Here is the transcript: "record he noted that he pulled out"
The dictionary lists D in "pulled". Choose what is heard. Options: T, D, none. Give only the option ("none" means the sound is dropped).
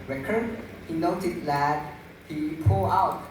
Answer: none